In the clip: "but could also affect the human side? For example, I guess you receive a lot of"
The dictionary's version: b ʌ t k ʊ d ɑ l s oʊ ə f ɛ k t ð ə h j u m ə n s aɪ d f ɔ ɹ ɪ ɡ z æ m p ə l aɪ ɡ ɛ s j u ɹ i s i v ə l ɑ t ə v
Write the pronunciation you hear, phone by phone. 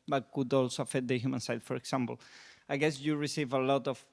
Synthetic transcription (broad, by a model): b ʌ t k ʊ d ɑ l s oʊ f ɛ t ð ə h j u m ə n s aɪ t f ɔ ɹ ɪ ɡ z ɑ m p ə l aɪ ɡ ɛ s j u ɹ i s i v ə l ɑ t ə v